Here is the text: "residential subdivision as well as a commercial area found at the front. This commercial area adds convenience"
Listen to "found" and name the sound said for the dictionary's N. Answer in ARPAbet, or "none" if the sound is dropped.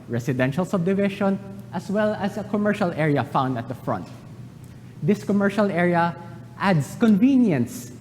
N